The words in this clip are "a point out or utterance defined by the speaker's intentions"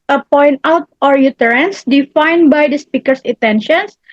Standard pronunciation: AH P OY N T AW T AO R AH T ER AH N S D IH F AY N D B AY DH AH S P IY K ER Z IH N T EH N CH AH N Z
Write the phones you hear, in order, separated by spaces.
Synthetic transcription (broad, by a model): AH P OY N T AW T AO R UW T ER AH N S D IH F AY N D B AY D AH S P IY K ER S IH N T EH N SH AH N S